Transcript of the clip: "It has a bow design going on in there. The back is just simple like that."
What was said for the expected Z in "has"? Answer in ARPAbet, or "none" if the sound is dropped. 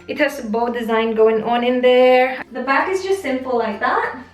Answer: S